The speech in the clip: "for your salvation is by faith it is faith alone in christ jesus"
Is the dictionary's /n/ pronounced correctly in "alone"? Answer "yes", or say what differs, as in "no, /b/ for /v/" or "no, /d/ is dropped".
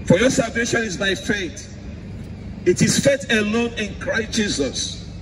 yes